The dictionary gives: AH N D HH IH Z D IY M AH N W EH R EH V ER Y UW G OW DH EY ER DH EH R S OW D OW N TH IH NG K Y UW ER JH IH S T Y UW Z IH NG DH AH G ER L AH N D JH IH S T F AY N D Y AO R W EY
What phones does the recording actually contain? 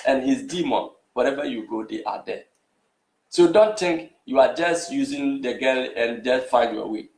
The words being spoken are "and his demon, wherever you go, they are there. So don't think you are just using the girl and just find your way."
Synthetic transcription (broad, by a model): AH N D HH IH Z D IY M AH N W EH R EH V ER Y UW G OW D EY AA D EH S OW D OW N T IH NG K Y UW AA JH IH S T Y UW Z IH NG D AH G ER L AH N JH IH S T F AY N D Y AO W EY